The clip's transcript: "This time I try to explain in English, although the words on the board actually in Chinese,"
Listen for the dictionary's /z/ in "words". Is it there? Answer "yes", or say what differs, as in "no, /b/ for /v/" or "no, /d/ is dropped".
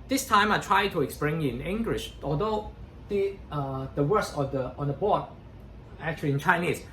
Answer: no, /s/ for /z/